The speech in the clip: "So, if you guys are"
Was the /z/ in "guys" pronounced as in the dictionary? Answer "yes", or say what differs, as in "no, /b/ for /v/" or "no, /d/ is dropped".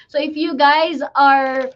yes